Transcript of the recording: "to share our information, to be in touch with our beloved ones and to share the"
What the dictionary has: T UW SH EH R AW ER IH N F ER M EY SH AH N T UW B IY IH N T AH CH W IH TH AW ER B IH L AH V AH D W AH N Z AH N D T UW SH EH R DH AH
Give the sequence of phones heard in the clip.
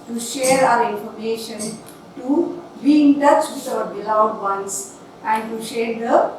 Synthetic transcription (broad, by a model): T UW SH EH R AW ER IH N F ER M EY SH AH N T UW B IY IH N T AH CH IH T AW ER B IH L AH AH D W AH N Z AH N D T UW SH EH R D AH